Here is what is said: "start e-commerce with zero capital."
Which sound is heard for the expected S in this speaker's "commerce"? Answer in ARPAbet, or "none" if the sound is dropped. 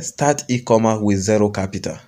none